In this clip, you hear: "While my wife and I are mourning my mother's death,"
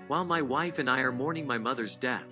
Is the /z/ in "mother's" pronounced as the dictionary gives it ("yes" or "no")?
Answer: yes